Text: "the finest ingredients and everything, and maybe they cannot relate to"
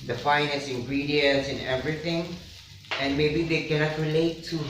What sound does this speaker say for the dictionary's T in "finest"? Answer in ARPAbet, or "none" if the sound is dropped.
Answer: none